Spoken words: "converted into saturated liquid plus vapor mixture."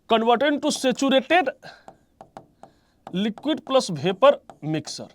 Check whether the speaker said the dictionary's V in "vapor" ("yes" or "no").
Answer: no